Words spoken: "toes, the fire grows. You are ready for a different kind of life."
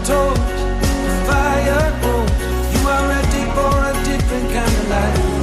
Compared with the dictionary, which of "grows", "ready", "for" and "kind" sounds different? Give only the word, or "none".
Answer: grows